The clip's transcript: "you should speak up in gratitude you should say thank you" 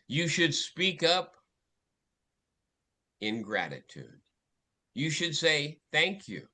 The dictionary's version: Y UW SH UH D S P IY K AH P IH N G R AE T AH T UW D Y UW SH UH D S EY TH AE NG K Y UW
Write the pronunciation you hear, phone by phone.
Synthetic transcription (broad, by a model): Y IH SH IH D S P IY K AH P IH N G R AE T AH T UW D Y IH SH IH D S EY TH AE NG K Y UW